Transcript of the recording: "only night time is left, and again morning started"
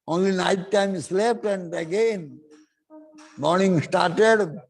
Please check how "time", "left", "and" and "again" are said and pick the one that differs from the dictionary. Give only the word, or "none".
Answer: left